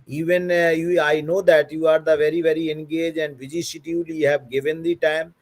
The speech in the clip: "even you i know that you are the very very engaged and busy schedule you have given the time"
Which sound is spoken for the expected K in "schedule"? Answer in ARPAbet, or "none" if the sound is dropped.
none